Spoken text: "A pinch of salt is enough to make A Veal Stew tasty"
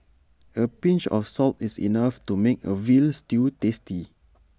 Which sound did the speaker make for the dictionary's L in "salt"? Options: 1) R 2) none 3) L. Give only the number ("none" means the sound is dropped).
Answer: 3